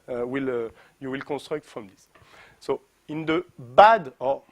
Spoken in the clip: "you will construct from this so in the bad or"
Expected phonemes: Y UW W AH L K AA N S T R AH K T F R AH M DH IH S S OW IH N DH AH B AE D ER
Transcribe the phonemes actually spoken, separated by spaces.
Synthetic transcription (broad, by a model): Y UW W AH L K AA N S T R AH K T F R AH M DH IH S S OW IH N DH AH B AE D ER